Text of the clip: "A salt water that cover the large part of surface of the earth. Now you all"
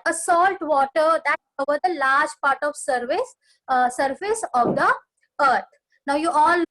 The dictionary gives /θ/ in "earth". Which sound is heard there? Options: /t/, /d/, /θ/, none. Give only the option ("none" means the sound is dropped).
/t/